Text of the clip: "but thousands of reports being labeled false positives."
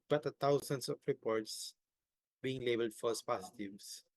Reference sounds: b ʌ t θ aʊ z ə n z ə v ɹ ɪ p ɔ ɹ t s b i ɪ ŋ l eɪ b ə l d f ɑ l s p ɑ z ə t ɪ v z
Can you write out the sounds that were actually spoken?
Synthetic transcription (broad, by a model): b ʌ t t aʊ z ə n s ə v ɹ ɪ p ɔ ɹ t s b i ɪ ŋ l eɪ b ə l d f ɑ s p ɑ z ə t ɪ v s